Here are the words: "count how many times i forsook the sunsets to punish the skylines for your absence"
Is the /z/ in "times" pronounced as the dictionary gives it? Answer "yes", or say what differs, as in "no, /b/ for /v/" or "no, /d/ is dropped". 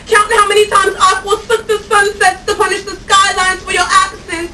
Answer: yes